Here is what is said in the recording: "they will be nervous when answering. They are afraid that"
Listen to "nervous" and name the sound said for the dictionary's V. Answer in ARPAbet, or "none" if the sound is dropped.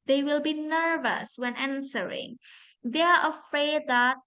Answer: V